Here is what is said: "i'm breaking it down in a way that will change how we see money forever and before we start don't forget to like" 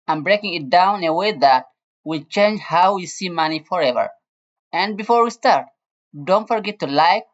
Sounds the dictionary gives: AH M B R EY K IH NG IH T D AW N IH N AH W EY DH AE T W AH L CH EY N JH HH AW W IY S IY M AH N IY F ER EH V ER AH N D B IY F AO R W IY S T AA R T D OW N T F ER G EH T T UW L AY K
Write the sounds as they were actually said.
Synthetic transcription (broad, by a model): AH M B R EY K IH NG IH T D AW IH N AH W EY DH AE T W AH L CH EY N JH HH AW W IY S IY M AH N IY F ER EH V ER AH N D B IY F AO R W IY S T AA R T D OW N T F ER G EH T T UW L AY K